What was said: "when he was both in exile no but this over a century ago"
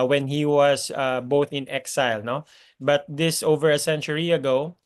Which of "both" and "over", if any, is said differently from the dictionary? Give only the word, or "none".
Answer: none